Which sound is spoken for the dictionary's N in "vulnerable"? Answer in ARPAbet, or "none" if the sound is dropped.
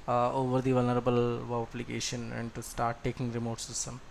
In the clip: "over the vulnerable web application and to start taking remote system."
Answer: N